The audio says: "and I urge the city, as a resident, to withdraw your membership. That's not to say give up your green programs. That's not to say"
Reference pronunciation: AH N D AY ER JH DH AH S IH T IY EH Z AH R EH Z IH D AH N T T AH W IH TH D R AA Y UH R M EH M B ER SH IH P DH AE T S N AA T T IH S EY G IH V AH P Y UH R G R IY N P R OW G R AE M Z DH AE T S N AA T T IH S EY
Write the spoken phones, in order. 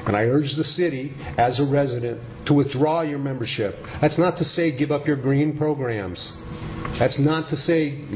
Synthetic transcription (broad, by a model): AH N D AY ER JH DH AH S IH T IY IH Z AH R EH Z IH D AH N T T AH W IH TH D R AA Y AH R M EH M B ER SH IH P DH AE T S N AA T T IH S EY G IH V AH P Y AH R G R IY N P R OW G R AE M Z DH AE T S N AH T T IH S EY